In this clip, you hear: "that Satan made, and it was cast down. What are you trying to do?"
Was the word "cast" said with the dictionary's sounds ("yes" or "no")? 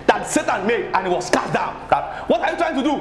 no